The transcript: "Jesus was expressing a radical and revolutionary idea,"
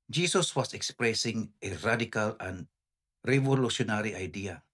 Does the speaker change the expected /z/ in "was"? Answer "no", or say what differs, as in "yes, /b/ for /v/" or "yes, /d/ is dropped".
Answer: yes, /s/ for /z/